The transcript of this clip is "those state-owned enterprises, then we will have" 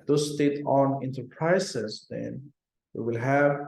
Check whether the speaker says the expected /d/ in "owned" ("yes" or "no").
no